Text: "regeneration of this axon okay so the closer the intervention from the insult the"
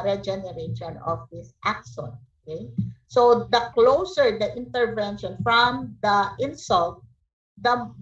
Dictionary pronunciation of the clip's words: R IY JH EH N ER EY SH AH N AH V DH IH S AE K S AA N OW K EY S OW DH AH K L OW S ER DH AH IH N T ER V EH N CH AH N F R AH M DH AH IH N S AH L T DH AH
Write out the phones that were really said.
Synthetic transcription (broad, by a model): R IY JH EH N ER EY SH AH N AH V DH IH S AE K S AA N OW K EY S OW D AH K L OW S ER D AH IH N T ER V EH N SH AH N F R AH M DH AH IH N S AH L T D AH